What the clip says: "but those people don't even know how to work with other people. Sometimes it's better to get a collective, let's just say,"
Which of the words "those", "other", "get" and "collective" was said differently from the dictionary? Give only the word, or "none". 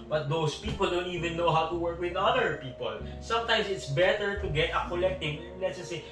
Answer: those